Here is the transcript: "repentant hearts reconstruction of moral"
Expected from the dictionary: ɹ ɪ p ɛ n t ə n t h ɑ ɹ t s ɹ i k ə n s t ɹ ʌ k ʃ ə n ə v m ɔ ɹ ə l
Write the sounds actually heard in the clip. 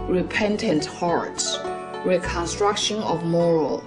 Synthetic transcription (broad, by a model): ɹ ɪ p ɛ n t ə n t h ɑ ɹ t s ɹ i k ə n s t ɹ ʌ k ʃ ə n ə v m ɔ ɹ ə l